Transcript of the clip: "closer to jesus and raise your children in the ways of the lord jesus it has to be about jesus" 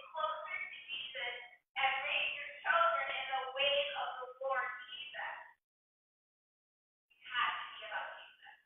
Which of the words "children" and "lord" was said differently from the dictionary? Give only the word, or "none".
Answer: lord